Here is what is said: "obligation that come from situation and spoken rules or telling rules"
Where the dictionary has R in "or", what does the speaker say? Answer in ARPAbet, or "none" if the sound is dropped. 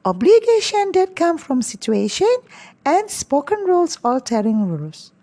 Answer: L